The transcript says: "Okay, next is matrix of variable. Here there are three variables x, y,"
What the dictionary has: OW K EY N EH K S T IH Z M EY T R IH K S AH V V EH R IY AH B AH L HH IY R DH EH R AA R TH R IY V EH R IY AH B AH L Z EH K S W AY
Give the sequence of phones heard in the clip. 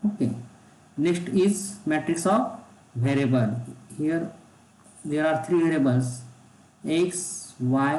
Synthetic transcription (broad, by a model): OW K EY N EH K S T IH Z M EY T R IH K S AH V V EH R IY B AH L HH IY R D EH R AA R T R IY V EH R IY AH B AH L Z EH K S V AY